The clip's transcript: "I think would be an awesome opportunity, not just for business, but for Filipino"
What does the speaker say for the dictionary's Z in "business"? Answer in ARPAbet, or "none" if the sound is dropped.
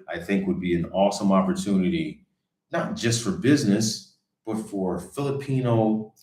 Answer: Z